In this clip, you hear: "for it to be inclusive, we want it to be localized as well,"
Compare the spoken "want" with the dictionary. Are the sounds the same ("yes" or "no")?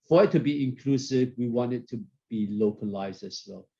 yes